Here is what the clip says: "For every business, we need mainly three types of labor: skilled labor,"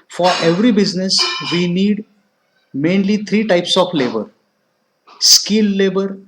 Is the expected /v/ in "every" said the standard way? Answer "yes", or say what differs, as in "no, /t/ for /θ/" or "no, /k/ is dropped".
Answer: yes